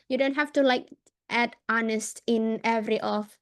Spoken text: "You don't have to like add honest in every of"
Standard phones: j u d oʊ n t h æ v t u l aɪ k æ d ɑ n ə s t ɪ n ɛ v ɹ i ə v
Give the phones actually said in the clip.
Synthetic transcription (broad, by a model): j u d oʊ n t h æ f t u l aɪ k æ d ɑ n ə s t ɪ n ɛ v ɹ i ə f